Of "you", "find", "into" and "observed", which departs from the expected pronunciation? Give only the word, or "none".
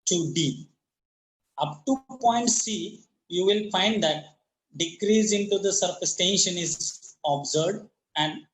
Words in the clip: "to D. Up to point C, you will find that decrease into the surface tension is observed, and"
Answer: observed